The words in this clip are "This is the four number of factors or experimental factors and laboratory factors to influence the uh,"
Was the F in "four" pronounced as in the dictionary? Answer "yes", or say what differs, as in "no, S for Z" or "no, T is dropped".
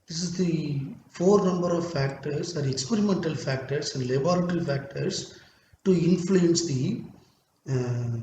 yes